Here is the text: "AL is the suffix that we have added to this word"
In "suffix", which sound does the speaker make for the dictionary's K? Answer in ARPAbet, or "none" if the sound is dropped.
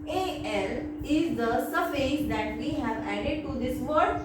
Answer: none